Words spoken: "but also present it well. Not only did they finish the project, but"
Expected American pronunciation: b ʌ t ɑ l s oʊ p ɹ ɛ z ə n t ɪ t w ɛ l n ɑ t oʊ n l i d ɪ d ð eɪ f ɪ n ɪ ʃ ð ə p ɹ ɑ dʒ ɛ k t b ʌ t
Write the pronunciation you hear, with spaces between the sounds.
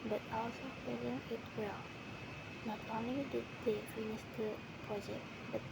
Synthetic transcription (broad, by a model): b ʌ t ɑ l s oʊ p ɛ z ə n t ɪ t w ɛ l n ɑ t oʊ n l i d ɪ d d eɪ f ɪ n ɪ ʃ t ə p ɹ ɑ dʒ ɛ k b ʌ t